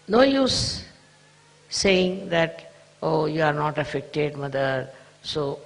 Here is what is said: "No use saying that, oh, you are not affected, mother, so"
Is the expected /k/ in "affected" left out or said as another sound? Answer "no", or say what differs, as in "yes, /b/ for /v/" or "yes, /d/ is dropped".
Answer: no